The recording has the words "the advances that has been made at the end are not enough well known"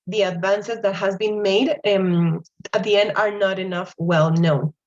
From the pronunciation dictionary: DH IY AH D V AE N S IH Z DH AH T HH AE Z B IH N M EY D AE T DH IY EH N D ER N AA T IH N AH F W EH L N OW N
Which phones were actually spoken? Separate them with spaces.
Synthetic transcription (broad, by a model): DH IY AH D V AE N S IH Z DH AH T HH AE Z B IH N M EY D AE T DH IY EH N D ER N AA T IH N AH F W EH L N OW N